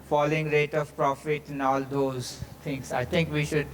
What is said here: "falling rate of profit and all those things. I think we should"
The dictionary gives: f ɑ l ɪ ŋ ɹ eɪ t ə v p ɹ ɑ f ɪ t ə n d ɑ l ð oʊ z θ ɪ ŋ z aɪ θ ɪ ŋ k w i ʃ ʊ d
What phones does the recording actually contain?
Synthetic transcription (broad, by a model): f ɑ l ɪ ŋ ɹ eɪ t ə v p ɹ ɑ f ɪ t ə n ɑ l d oʊ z t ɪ ŋ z aɪ t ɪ ŋ k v i ʃ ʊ d